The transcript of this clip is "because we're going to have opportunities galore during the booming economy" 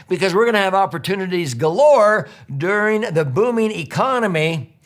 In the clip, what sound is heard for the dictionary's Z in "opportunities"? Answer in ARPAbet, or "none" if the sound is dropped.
Z